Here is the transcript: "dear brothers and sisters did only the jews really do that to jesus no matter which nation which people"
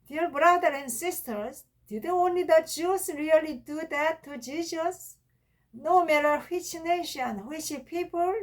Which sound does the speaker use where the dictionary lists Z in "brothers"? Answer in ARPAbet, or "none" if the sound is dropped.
none